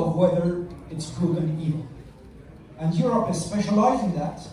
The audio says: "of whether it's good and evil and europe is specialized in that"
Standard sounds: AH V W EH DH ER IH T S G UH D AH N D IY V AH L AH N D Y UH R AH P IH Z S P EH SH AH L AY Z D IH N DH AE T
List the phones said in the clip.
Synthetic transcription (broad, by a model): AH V W EH DH ER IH T S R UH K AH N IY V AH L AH N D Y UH R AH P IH S P EH SH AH L AY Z IH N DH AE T